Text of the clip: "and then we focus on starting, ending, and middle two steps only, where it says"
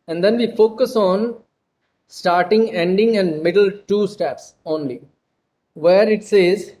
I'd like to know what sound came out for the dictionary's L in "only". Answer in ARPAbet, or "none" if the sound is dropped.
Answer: L